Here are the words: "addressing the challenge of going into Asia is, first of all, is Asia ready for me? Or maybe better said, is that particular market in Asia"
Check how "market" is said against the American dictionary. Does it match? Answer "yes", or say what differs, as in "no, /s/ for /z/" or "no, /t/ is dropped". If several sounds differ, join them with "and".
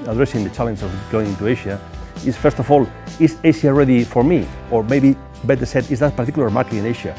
no, /t/ is dropped